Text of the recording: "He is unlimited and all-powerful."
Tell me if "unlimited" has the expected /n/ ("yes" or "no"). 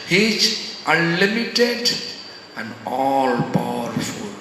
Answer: no